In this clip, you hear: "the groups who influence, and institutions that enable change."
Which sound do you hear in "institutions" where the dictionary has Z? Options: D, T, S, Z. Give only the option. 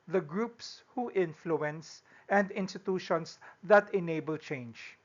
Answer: S